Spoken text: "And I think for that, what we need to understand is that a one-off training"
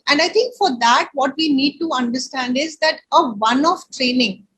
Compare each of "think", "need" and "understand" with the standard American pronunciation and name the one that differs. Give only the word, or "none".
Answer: think